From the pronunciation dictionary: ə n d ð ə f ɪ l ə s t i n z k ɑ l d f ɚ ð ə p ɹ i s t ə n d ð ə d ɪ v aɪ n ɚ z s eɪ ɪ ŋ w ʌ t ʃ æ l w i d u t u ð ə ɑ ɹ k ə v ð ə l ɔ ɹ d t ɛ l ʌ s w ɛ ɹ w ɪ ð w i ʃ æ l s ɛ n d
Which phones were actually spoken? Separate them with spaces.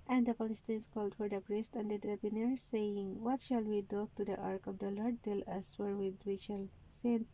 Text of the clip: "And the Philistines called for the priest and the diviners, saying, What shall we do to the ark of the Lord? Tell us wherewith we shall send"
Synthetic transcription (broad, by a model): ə n d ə p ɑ l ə s t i n s k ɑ l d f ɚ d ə p ɹ i s t ə n d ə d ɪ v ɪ n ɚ s eɪ ɪ ŋ w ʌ t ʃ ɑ l w i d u t u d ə ɑ ɹ k ə v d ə l ɔ ɹ d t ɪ l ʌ s w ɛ ɹ w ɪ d w i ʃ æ l s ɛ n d